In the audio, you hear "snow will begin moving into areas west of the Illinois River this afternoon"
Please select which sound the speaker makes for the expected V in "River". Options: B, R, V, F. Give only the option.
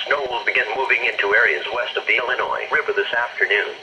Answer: B